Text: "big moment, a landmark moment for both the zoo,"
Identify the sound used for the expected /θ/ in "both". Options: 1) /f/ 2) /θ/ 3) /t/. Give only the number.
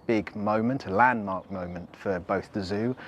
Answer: 2